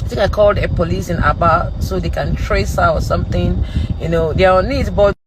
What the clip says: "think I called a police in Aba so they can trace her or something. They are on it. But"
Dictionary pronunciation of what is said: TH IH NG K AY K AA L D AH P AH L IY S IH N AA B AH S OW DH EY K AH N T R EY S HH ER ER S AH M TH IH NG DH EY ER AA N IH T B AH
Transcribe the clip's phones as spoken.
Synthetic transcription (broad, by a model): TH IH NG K AY K AA L D AH P AH L IY S IH N AA B AH S OW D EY K AH N T R EY S HH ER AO S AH M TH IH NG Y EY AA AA N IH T B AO